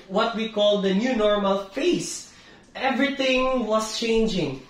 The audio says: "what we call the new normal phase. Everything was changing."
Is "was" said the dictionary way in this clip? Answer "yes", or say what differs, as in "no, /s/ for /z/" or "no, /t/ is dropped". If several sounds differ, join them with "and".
no, /s/ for /z/